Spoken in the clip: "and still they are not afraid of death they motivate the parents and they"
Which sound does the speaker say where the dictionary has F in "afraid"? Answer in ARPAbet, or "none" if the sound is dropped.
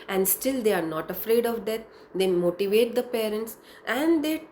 F